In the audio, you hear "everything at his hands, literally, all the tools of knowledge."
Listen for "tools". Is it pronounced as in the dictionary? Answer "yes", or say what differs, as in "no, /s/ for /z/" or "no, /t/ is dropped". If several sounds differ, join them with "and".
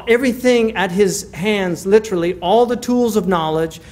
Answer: yes